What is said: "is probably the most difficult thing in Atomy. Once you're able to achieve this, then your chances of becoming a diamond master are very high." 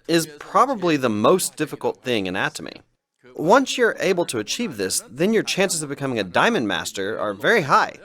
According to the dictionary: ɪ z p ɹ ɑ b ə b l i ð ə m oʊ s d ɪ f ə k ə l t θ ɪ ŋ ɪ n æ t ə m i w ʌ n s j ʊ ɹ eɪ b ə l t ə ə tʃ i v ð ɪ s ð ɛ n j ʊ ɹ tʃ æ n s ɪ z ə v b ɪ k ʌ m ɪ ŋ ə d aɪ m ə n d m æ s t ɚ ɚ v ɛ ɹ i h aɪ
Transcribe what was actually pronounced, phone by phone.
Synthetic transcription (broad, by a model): ɪ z p ɹ ɑ b ə b l i ð ə m oʊ s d ɪ f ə k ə l t θ ɪ ŋ ɪ n æ t ə m i w ʌ n s j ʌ ɹ eɪ b l t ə ə tʃ i v ð ɪ s ð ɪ n j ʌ ɹ tʃ æ n s ɪ z ə v b ɪ k ʌ m ɪ ŋ ə d aɪ m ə n m æ s t ɚ ɚ v ɛ ɹ i h aɪ